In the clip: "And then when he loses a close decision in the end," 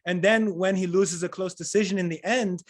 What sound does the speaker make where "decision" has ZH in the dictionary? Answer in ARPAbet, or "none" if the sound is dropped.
ZH